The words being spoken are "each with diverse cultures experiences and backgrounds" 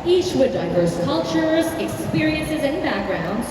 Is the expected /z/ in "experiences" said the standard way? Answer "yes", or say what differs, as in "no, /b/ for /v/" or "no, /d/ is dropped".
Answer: yes